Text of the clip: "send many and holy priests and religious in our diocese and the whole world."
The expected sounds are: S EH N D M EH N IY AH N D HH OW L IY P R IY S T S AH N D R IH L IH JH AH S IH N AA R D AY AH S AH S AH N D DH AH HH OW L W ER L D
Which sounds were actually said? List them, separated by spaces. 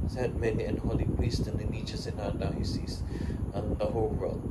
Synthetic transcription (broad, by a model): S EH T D M EH N IY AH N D HH OW L IY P R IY S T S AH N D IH N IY CH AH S IH N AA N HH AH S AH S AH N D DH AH HH OW L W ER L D